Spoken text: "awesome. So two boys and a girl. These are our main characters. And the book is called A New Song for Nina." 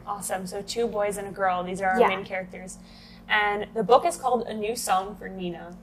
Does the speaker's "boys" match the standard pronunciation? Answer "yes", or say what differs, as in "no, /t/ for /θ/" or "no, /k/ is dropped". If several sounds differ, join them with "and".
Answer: yes